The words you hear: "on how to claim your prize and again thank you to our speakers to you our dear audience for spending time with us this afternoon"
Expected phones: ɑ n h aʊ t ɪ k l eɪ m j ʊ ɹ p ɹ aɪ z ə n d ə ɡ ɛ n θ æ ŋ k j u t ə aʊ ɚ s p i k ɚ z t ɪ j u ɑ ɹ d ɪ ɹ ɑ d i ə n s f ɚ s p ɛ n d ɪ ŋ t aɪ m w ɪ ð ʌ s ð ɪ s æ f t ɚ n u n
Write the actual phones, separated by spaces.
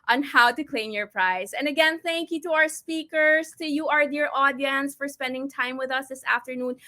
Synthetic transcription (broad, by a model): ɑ n h aʊ t ɪ k l eɪ m j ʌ ɹ p ɹ aɪ z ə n ə ɡ ɛ n θ æ ŋ k j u t ə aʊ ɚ s p i k ɚ z t ɪ j u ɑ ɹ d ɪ ɹ ɑ d i ə n s f ɚ s p ɛ n d ɪ ŋ t aɪ m w ɪ ð ʌ s ð ɪ s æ f t ɚ n u n